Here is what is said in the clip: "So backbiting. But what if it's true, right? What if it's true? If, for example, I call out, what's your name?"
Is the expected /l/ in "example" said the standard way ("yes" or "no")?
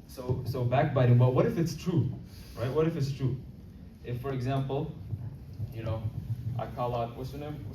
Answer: no